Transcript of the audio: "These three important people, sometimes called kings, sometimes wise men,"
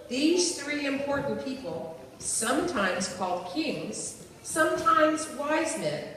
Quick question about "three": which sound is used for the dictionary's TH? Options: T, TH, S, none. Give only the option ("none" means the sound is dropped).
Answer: TH